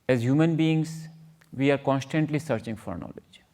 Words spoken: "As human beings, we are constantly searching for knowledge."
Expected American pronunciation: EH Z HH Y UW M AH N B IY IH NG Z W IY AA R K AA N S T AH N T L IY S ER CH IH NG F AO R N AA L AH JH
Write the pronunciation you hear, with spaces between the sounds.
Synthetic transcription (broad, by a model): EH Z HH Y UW M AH N B IY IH NG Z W IY AA R K AA N S T AH N T L IY S ER CH IH NG F AO R N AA L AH JH